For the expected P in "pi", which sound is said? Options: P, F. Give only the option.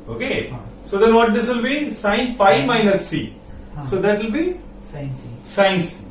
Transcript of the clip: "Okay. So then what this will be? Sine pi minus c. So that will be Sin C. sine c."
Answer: F